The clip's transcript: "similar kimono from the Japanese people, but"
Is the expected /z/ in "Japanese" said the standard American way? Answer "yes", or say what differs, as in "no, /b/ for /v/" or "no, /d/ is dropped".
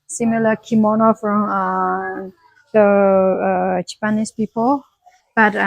no, /s/ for /z/